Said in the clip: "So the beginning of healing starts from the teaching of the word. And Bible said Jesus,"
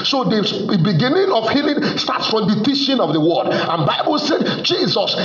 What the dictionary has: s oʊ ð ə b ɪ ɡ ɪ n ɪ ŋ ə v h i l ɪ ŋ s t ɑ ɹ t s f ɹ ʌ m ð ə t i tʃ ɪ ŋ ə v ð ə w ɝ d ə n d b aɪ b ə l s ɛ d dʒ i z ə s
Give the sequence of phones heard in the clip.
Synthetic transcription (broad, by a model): s oʊ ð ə b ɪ ɡ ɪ n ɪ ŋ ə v h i l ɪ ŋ s t ɑ t s f ɹ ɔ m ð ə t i ʃ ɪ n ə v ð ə w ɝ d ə n b aɪ b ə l s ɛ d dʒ i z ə s